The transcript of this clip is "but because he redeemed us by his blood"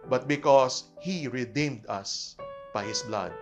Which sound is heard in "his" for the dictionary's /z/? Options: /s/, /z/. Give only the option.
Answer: /s/